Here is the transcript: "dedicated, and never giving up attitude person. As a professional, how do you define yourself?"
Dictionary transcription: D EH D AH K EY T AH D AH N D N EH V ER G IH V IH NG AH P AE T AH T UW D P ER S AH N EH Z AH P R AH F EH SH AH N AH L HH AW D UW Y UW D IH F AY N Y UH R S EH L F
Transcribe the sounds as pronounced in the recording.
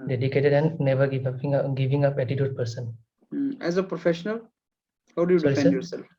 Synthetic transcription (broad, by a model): D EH D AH K EY T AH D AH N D N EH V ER G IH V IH NG AH P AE T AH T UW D P ER S AH N EH Z AH P R AH F EH SH AH N AH L HH AW D UW Y UW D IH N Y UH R S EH L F